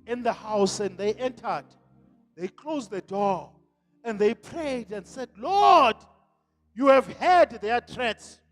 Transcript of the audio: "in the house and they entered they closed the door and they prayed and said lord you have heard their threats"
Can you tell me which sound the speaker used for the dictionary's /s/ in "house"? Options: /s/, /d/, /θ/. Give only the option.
/s/